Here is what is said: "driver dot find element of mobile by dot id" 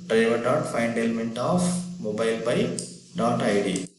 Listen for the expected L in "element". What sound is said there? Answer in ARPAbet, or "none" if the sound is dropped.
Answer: L